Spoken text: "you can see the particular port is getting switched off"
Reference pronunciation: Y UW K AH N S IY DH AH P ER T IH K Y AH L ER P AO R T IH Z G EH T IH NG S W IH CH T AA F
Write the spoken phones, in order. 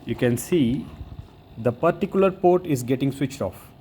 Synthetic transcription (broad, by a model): Y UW K AH N S IY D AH P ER T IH K Y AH L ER P AO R T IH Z G EH T IH NG S W IH CH T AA F